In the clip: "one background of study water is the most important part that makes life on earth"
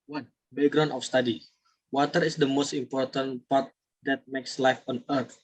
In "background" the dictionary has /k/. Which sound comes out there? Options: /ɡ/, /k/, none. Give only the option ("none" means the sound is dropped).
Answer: none